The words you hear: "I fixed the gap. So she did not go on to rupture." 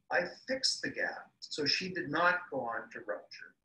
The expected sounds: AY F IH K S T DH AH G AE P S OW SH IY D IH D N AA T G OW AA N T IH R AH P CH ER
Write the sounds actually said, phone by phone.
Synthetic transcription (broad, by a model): AY F IH K S DH AH G AE P S OW SH IY D IH D N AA T G OW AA N T IH R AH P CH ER